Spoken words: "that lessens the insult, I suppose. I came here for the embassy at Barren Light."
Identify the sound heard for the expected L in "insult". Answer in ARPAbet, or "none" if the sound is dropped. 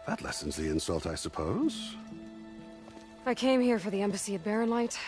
L